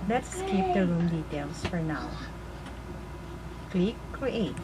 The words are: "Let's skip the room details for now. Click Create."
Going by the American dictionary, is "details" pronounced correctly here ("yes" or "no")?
no